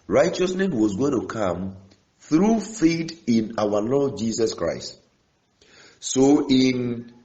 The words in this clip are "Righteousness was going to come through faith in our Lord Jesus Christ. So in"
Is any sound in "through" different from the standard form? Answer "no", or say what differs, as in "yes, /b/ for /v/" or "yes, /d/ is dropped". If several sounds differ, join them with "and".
no